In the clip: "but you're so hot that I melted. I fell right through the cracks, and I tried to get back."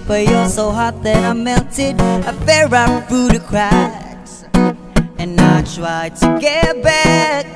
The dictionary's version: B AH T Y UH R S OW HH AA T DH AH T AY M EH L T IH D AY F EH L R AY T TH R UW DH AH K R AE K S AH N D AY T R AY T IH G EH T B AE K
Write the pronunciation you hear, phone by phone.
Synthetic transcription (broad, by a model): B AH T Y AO L S OW HH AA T DH AH T AY M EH N T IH D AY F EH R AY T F R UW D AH K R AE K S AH N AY T R AY T IH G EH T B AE K